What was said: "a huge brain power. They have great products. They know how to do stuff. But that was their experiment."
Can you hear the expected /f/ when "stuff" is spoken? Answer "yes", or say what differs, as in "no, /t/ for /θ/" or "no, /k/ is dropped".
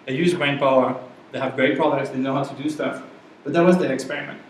yes